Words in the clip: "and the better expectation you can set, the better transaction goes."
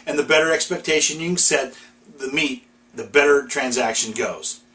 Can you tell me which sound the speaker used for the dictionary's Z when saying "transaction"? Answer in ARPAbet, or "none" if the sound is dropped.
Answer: Z